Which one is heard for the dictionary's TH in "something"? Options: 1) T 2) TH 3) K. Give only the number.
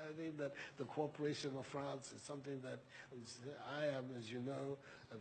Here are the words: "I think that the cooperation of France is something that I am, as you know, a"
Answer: 2